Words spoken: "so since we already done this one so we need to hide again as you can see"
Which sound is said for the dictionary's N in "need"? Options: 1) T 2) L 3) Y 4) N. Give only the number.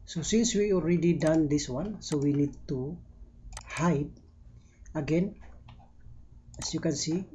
4